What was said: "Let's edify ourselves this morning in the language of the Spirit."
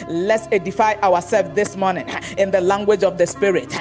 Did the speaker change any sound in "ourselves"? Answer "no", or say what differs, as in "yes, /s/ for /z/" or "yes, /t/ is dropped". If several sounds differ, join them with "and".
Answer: yes, /w/ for /ɹ/